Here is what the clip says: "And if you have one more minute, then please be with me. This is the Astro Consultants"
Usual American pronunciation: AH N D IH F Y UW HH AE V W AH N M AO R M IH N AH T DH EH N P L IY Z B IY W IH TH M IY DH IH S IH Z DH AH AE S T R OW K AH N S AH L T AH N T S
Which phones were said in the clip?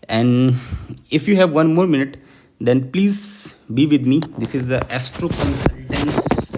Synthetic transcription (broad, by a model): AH N D IH F Y UW HH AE V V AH N M AO R M IH N AH T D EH N P L IY Z B IY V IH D M IY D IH S IH Z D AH AE S T R OW K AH N S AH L T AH N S